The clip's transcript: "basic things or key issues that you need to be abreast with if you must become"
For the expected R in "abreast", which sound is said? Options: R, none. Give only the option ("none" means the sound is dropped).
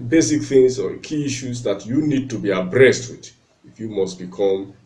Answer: R